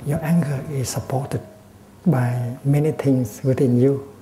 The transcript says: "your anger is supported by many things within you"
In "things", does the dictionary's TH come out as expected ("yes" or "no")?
no